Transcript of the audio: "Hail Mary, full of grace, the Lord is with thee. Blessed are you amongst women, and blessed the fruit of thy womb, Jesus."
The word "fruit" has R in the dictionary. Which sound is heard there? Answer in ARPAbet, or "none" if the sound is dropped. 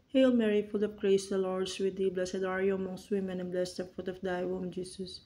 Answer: none